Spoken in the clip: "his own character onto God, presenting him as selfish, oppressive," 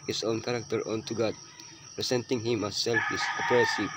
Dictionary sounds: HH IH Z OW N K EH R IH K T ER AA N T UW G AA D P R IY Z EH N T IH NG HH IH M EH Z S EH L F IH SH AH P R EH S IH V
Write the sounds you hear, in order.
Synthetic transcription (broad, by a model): HH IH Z OW N K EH R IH K T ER AA N T UW G AA D P R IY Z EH N T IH NG HH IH M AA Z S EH L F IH S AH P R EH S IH